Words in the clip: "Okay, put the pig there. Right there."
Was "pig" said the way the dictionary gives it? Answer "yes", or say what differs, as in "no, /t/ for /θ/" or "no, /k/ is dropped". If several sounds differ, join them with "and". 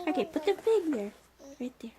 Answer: no, /f/ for /p/